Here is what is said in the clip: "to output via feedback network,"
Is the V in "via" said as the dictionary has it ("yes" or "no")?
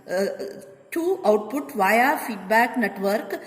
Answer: yes